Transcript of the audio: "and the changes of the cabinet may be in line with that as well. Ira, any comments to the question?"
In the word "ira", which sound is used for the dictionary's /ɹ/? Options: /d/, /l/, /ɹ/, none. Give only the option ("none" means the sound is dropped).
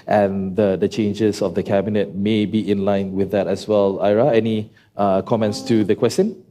/ɹ/